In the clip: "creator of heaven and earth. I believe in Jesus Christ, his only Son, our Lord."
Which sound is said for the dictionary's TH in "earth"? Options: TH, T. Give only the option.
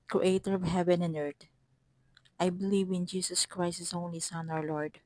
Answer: T